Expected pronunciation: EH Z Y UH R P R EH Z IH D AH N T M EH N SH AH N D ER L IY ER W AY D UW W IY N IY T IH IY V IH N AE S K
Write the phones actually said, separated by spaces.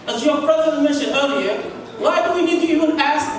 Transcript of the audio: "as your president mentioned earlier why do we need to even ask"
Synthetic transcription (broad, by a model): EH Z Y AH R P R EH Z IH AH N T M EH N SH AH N ER L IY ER W AY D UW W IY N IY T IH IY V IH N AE S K